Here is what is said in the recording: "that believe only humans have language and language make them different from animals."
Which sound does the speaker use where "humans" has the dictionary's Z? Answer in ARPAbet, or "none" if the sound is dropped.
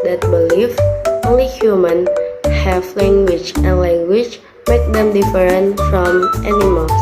none